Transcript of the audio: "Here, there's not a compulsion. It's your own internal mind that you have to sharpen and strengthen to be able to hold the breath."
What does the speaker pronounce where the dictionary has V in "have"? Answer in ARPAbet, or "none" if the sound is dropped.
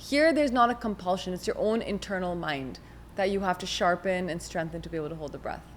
F